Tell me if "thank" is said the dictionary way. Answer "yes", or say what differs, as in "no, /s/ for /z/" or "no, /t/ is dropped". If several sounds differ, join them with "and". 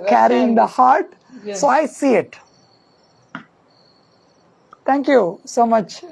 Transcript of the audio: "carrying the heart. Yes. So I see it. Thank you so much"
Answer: no, /t/ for /θ/